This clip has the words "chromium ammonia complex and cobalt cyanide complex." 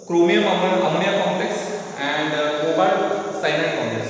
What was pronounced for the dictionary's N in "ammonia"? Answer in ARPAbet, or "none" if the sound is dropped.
L